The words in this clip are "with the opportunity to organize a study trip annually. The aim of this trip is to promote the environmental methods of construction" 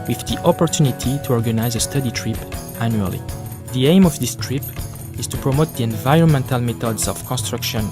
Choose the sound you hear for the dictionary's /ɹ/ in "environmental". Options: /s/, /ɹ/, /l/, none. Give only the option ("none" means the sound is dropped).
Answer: /ɹ/